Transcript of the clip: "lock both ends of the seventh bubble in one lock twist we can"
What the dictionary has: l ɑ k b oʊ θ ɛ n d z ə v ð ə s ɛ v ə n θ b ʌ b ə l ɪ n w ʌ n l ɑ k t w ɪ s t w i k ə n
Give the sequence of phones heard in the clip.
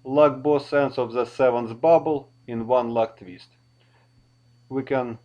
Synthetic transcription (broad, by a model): l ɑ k b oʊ s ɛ n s ə v ð ə s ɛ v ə n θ b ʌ b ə l ɪ n w ʌ n l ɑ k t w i s t w i k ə n